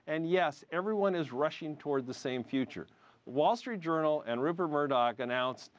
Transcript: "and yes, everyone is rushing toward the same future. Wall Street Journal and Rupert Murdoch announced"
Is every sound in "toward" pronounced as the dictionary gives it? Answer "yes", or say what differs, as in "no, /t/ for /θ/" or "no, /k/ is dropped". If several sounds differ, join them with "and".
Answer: yes